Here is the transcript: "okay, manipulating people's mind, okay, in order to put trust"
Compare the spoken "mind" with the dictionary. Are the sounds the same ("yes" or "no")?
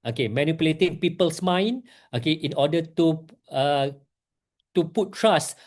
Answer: no